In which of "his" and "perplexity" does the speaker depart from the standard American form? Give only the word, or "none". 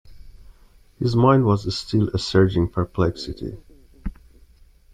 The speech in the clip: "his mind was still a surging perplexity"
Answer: none